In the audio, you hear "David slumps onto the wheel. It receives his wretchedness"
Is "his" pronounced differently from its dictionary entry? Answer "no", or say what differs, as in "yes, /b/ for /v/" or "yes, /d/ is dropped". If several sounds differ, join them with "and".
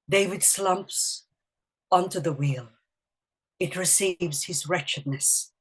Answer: no